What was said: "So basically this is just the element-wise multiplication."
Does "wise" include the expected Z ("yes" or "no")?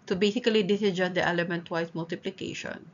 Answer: no